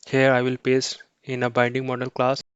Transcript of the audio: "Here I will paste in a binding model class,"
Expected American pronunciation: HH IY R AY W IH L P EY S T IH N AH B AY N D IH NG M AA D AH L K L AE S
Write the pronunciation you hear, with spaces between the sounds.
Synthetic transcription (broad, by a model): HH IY R AY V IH L P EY S IH N AH B AY N D IH NG M AA D AH L K L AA S